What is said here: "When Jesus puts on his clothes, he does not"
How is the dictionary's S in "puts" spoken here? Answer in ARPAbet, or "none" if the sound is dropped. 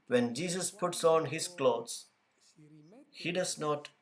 S